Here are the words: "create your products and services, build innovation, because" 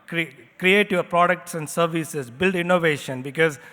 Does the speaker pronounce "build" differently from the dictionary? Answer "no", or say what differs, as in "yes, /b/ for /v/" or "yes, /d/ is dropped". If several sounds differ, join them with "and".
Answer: no